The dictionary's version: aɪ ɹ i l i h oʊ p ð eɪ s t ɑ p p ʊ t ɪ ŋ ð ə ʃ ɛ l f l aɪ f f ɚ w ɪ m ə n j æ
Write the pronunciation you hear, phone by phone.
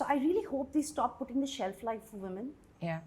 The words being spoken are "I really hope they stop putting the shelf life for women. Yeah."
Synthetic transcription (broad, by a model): aɪ ɹ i l i h oʊ p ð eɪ s t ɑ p p ʊ t ɪ ŋ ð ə ʃ ɛ l f l aɪ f f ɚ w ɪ m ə n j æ